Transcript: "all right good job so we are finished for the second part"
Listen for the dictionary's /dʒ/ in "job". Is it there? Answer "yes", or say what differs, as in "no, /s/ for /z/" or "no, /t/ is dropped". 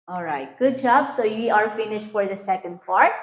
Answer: yes